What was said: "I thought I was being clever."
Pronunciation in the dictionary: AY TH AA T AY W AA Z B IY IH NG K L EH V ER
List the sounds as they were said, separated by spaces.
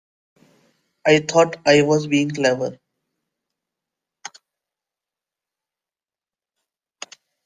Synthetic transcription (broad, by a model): AY T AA T AY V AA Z B IY IH NG K L EH V ER